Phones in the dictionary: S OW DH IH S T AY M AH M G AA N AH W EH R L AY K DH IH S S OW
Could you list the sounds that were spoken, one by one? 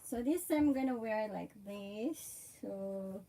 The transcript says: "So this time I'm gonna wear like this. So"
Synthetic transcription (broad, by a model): S OW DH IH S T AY AH M G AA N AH W EH R L AY K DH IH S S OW